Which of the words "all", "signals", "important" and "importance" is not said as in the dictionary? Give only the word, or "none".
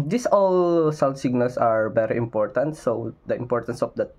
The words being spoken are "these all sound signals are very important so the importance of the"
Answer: signals